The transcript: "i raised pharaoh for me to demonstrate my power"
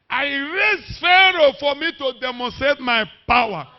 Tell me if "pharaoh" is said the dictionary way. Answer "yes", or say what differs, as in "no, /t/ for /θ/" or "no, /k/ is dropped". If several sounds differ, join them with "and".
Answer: yes